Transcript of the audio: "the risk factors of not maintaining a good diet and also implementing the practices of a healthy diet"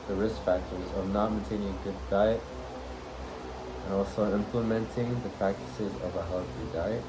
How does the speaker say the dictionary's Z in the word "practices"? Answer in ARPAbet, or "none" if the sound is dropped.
Z